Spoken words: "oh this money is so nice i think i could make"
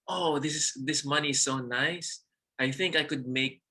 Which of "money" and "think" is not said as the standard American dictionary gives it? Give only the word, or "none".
none